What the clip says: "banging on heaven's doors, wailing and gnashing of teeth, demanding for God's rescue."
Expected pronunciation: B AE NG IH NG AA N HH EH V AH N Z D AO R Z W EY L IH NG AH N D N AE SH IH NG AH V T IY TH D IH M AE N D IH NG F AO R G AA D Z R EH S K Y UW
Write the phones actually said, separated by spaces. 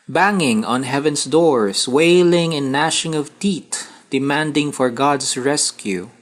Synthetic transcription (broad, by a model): B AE NG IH NG AA N HH EH V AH N S D AO R S W EY L IH NG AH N N AE SH IH NG AH V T IY T D IH M AE N D IH NG F AO R G AA D S R EH S K Y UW